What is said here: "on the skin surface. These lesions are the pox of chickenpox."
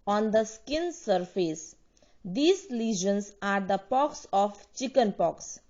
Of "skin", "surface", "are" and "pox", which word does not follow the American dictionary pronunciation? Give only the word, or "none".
none